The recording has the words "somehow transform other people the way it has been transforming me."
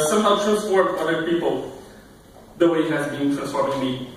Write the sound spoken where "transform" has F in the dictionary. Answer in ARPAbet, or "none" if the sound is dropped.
P